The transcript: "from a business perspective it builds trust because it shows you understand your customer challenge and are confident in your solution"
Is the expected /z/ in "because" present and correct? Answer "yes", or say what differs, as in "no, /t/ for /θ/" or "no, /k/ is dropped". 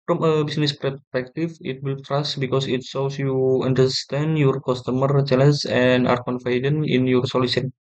no, /s/ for /z/